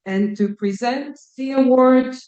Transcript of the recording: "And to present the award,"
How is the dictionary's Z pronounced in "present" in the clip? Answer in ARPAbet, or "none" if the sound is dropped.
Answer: Z